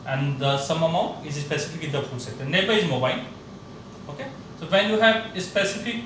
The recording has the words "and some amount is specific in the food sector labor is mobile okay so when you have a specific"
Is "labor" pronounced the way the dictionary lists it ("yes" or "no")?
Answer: no